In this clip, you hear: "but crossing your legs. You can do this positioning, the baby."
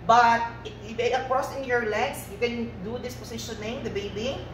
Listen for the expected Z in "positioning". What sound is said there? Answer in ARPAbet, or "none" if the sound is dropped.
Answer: S